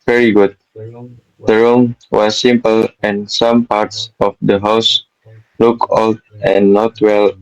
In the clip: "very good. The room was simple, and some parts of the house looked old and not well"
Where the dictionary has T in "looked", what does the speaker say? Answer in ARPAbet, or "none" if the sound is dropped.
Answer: none